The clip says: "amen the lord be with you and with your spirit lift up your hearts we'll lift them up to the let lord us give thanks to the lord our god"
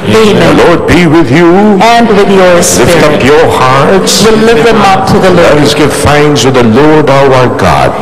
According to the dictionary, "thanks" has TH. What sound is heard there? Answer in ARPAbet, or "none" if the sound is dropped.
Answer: F